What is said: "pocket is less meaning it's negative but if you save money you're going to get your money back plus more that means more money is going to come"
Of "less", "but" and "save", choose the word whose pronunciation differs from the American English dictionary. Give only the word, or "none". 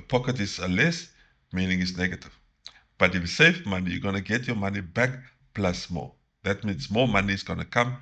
save